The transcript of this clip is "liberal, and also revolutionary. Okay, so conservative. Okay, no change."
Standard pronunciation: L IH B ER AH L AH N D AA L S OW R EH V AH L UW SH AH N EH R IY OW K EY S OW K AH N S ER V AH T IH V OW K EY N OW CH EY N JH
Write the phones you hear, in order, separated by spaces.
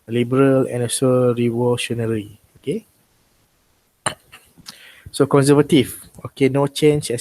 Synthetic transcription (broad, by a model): L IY B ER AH L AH N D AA S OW R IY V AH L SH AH N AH R IY OW K EY S OW K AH N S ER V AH T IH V OW K EY N OW CH EY N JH